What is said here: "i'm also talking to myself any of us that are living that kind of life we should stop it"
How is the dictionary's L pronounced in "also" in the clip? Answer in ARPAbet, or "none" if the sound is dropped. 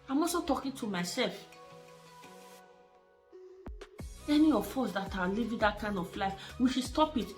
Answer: none